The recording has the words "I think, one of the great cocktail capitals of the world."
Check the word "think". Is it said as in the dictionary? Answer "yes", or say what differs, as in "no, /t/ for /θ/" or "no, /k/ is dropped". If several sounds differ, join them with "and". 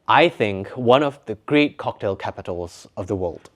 yes